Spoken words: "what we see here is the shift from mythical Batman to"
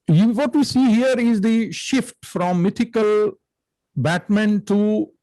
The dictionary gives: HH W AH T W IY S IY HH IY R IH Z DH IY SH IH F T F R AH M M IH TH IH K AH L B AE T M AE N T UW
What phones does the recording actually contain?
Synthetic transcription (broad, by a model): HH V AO T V IY S IY HH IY R IH Z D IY SH IH F T F R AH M M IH T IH K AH L B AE T M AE N T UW